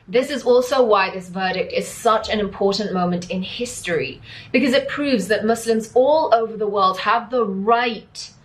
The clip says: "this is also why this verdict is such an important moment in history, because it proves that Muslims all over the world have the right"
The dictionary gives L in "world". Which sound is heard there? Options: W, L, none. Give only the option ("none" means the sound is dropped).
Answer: L